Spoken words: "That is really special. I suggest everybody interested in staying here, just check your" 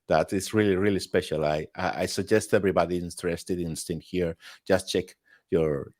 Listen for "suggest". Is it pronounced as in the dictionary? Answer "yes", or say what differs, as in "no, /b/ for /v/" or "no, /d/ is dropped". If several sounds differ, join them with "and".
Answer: yes